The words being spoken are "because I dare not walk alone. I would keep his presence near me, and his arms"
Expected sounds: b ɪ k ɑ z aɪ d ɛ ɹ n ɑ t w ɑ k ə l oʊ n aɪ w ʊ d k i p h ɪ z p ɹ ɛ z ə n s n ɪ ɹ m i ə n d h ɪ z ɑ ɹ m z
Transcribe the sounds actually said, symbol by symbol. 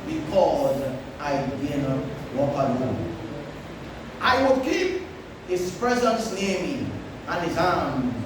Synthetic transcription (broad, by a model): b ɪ k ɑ z aɪ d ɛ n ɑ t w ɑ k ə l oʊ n aɪ w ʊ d k i p h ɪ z p ɹ ɛ z ə n s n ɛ m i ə n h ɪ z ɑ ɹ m